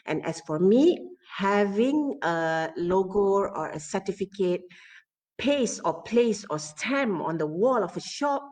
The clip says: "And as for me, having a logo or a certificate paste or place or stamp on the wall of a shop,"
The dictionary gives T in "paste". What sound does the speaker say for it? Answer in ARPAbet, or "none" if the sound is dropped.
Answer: none